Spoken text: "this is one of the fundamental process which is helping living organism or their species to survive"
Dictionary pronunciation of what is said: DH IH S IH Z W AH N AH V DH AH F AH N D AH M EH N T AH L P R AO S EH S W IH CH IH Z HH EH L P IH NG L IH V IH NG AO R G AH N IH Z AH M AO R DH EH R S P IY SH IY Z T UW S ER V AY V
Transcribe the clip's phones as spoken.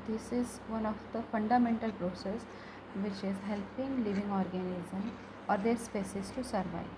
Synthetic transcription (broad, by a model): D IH S IH Z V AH N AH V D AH F AH N D AH M EH N T AH L P R AO S EH S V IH CH IH Z HH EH L P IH NG L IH V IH NG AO R G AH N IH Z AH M AO R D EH R S P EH S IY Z T UW S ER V AY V